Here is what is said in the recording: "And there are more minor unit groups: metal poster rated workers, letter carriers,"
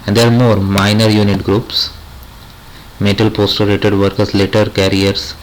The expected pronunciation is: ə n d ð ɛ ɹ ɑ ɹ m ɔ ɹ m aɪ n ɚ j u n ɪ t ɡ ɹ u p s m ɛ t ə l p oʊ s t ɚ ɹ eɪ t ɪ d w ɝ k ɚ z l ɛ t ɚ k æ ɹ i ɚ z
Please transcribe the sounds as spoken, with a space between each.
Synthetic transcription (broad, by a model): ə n d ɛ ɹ ɑ ɹ m ɔ ɹ m aɪ n ɚ j u n ɪ t ɡ ɹ u p s m ɛ t ə l p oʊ s t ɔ ɹ eɪ t ɪ d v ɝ k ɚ s l ɛ t ɚ k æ ɹ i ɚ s